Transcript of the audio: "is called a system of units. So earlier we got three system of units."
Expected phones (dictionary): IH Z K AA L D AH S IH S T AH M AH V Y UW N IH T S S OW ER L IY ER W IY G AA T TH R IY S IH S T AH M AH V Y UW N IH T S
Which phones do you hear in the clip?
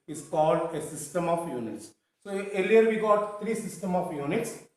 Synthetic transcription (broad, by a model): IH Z K AA L D AH S IH S T AH M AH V Y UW N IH T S S OW ER L IY ER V IY G AA T T R IY S IH S T AH M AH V Y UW N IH T S